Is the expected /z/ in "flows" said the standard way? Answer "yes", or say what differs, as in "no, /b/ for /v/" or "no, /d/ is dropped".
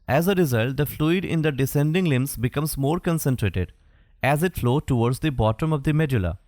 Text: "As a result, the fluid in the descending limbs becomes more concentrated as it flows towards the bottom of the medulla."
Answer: no, /z/ is dropped